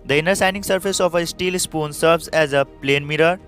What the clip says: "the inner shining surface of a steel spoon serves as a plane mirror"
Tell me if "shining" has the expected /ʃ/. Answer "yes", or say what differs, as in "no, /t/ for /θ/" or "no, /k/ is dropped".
no, /s/ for /ʃ/